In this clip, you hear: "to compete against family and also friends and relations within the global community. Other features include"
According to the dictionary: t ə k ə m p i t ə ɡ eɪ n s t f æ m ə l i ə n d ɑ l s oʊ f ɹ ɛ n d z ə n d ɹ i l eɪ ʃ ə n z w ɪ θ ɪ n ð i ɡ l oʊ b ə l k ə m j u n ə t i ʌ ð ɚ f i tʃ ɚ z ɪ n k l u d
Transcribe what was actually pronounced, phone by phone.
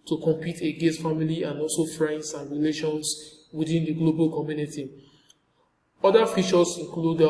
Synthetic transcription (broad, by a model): t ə k ə m p i t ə ɡ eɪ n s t f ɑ m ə l i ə n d ɑ l s oʊ f ɹ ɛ n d s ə n ɹ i l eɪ ʃ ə n s w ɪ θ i n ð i ɡ l oʊ b ə l k ə m j u n ə t i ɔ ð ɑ f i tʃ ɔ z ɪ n k l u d